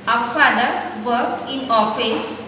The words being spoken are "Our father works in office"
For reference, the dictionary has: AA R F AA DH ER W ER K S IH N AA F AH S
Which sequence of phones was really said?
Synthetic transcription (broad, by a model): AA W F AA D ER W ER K IH N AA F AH S